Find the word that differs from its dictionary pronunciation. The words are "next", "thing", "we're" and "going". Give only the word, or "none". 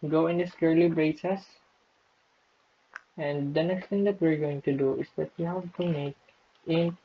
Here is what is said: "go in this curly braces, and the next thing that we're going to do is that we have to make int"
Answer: thing